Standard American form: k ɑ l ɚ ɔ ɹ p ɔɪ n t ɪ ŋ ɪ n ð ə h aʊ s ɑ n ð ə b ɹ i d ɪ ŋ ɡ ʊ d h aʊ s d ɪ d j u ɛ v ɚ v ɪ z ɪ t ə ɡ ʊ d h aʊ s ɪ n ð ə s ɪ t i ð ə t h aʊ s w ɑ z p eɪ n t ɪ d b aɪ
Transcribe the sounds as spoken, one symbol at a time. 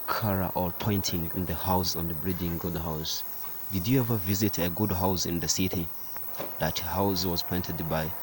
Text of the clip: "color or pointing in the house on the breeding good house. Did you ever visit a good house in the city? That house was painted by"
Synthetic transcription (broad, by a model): k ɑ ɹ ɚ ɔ l p ɔɪ n t ɪ ŋ ɪ n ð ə h aʊ s ɑ n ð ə b ɹ i d ɪ ŋ ɡ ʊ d h aʊ s d ɪ d j u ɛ v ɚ v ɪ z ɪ t ə ɡ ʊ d h aʊ s ɪ n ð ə s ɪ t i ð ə t h aʊ s w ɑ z p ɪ n t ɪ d b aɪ